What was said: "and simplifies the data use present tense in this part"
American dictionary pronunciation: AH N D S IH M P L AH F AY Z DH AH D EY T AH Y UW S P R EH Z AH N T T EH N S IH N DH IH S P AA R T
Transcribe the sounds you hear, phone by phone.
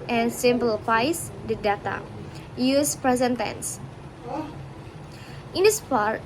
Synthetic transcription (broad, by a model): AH N S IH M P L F AY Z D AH D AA T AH Y UW S P R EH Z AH N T T EH N S IH N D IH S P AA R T